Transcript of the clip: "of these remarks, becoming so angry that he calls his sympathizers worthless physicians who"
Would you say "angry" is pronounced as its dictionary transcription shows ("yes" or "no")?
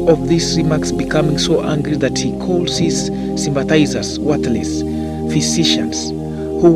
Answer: yes